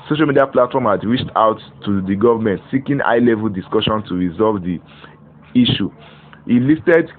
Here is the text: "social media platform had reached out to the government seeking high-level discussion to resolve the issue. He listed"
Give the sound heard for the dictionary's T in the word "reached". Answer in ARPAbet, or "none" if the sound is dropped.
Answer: T